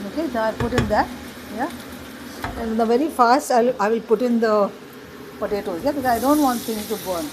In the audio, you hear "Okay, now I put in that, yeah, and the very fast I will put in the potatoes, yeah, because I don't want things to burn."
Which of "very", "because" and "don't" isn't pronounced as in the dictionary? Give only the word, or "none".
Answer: because